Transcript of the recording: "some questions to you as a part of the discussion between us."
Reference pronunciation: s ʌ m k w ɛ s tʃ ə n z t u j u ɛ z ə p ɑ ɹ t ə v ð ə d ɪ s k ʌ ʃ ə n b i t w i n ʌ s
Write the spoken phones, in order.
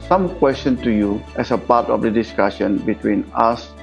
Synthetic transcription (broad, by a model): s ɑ m k w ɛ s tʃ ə n t u j u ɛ s ə p ɑ t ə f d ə d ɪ s k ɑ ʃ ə n b i t w i n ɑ s